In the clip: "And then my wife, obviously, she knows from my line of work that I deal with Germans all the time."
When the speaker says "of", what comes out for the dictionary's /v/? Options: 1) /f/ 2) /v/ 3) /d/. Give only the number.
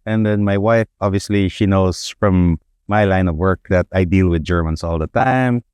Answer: 2